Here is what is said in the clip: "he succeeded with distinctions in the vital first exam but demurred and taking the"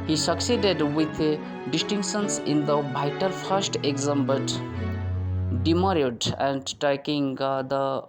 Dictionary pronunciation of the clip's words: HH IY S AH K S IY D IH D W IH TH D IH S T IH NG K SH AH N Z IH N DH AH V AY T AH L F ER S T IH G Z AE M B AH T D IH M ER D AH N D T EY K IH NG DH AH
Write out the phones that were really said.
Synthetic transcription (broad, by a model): HH IY S AH K S IY D IH D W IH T D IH S T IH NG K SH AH N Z IH N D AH B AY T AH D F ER S T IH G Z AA M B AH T D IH M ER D AH N D T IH K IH NG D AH